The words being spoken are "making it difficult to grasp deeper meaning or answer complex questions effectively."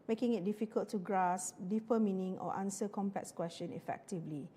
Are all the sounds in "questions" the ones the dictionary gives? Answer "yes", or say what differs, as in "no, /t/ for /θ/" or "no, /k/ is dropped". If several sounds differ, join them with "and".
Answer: no, /z/ is dropped